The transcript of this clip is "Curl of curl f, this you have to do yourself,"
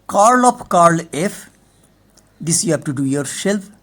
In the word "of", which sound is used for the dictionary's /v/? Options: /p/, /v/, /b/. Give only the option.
/p/